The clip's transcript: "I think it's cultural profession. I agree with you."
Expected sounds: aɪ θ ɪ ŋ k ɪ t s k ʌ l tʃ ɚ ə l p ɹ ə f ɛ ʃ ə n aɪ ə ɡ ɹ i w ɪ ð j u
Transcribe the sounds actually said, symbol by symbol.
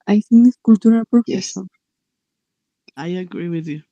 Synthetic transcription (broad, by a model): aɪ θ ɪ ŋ ɪ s k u l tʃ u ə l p ə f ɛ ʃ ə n aɪ ə ɡ ɹ i w ɪ ð j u